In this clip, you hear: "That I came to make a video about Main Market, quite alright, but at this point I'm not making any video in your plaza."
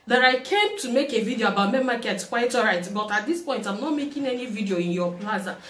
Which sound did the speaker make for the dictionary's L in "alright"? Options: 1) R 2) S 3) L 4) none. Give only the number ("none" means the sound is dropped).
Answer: 4